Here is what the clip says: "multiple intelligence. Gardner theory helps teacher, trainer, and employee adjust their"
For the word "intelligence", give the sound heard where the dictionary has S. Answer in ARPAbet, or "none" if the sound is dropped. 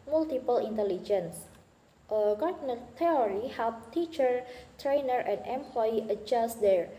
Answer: S